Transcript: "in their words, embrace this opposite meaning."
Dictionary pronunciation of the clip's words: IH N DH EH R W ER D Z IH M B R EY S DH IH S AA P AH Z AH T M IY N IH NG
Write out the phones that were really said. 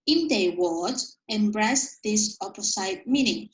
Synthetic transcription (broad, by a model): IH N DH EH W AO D IH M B R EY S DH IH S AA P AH S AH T M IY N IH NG